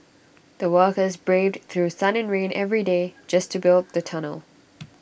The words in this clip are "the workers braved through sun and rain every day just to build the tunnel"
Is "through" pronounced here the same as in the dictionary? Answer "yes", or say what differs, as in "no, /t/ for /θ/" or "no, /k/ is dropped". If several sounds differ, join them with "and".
yes